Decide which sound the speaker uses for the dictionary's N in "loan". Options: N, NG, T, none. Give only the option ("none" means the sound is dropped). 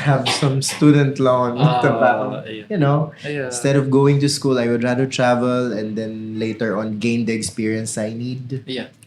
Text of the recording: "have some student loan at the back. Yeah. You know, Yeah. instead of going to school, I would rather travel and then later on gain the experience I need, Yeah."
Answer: none